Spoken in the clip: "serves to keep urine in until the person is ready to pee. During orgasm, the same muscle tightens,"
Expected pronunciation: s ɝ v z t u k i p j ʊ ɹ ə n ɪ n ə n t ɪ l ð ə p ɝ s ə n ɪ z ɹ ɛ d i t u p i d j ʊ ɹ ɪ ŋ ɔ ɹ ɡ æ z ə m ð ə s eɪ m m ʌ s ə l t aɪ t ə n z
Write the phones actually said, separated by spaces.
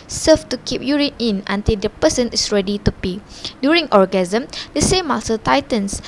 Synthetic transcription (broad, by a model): s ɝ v t u k i p j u ɹ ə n ɪ n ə n t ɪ l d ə p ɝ s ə n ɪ s ɹ ɛ d i t u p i d j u ɹ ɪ ŋ ɔ ɹ ɡ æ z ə m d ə s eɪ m m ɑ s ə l t aɪ t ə n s